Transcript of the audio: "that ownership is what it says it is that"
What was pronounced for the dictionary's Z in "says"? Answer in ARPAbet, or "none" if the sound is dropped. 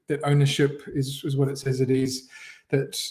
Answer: Z